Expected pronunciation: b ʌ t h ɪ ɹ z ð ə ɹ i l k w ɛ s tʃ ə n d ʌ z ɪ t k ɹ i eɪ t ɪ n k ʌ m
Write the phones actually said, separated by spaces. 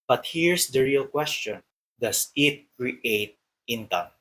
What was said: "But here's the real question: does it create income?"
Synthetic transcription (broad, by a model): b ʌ t h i ɹ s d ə ɹ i l k w ɛ s tʃ ə n d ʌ s ɪ t k ɹ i eɪ t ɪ n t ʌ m